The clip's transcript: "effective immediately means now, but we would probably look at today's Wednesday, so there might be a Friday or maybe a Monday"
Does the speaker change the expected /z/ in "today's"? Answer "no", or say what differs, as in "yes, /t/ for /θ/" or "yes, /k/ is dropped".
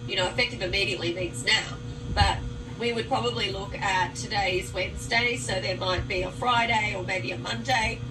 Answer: no